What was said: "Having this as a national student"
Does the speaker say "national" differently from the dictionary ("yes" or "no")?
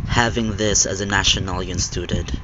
yes